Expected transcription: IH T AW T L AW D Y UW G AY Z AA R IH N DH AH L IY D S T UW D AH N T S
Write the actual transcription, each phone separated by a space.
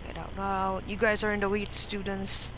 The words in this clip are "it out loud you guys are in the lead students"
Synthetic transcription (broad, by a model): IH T AW T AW Y UW G AY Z AA R IH N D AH W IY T S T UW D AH N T S